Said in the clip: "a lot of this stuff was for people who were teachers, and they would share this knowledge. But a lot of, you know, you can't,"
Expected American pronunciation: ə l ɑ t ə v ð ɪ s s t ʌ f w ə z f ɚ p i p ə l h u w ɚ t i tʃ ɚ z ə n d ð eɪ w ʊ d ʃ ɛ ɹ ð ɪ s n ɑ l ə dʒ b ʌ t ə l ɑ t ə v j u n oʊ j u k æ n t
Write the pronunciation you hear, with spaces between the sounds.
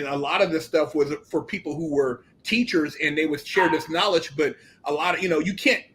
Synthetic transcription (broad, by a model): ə l ɑ t ə v ð ɪ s s t ʌ f w ə z f ɚ p i p l h u w ɚ t i tʃ ɚ z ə n ð eɪ w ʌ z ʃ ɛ ɹ ð ɪ s n ɑ l ə dʒ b ʌ t ə l ɑ t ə j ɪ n oʊ j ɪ k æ n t